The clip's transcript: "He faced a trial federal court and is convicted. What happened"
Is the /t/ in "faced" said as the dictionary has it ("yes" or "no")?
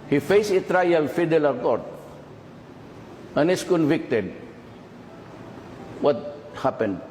no